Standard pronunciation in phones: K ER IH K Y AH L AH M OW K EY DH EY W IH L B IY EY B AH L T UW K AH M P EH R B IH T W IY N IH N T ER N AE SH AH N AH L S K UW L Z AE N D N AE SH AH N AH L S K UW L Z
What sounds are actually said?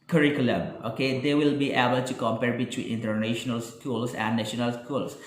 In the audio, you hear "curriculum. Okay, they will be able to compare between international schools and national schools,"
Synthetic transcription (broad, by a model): K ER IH K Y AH L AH M OW K EY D EY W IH L B IY EY B AH L T UW K AH M P EH R B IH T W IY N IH N T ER N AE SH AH N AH L S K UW L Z AE N D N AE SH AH N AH L S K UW L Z